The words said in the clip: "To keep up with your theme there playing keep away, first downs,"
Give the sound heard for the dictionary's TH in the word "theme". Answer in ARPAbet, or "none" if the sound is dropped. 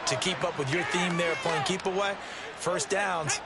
TH